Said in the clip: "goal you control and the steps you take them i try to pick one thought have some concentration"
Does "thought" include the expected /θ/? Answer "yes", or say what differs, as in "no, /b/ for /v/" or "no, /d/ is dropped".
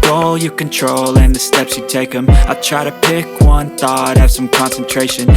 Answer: yes